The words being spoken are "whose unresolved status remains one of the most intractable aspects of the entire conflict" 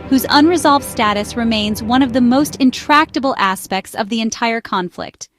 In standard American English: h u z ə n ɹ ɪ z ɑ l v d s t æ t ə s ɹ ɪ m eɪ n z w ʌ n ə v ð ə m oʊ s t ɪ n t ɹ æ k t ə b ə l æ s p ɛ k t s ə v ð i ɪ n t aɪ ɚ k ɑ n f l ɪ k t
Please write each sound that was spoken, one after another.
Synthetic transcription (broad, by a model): h u z ə n ɹ ɪ z ɑ l v d s t æ t ə s ɹ ɪ m eɪ n z w ʌ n ə v ð ə m oʊ s t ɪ n t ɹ æ k t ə b l æ s p ɛ k t s ə v ð i ɪ n t aɪ ɚ k ɑ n f l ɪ k t